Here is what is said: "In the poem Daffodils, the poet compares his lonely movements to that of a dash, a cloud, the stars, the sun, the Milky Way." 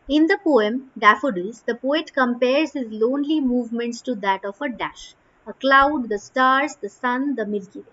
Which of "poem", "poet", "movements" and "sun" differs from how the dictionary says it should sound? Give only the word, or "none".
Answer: none